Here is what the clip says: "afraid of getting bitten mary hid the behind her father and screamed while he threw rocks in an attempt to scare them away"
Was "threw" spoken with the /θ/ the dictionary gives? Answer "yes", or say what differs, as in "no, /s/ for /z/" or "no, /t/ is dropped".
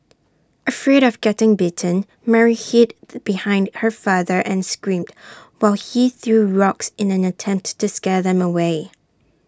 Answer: yes